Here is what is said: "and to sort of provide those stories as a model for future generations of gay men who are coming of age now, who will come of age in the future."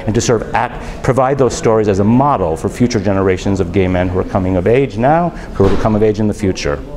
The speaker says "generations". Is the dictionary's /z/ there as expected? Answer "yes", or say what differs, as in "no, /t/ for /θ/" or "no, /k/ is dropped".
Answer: yes